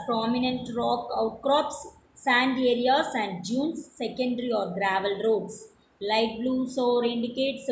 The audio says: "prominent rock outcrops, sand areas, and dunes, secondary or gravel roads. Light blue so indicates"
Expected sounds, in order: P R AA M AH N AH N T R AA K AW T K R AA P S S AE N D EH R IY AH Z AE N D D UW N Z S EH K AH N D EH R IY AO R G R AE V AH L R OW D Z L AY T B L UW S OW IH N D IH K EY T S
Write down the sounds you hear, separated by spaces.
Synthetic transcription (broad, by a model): P R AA M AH N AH N T R AA K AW T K R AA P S S AE N D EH R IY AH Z AE N D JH UW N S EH K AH N D R IY AO R G R AE V AH L R OW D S L AY T B L UW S OW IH N D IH K EY T S